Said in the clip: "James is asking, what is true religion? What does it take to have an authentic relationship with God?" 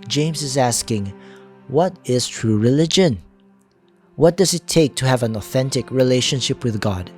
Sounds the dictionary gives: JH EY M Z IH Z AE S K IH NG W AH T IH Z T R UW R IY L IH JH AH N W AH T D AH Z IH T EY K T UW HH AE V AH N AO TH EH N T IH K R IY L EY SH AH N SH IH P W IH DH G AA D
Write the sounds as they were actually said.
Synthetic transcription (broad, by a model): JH EY M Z IH Z AE S K IH NG W AH T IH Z T R UW R IY L IH JH AH N W AH T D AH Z IH T EY K T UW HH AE V AH N AO TH EH N T IH K R IY L EY SH AH N SH IH P W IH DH G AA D